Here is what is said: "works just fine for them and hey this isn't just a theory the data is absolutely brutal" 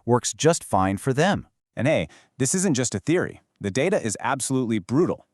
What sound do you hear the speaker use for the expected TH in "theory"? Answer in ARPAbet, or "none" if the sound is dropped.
TH